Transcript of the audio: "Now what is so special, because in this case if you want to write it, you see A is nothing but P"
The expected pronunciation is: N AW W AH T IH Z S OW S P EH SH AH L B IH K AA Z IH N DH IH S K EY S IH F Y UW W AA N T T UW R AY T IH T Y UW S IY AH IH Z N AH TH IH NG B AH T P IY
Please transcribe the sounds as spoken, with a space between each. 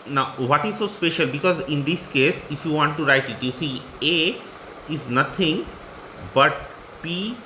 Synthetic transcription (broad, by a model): N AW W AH T IH Z S OW S P EH SH AH L B IH K AA Z IH N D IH S K EY S IH F Y UW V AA N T T UW R AY T IH T Y UW S IY AH IH Z N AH T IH NG B AH T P IY